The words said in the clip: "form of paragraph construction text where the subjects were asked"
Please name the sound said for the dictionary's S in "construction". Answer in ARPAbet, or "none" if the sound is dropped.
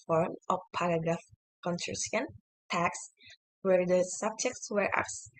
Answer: none